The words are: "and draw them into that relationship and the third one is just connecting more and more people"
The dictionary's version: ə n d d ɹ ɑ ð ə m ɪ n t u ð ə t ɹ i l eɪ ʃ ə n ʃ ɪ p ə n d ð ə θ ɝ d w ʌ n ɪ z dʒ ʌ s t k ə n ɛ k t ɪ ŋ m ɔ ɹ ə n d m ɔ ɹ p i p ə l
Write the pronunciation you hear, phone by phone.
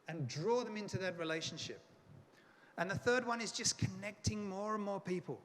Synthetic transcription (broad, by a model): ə n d d ɹ ɑ ð ə m ɪ n t u ð ə t ɹ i l eɪ ʃ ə n ʃ ɪ p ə n ð ə θ ɝ d w ʌ n ɪ z dʒ ʌ s k ə n ɛ k t ɪ ŋ m ɔ ɹ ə n m ɔ ɹ p i p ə l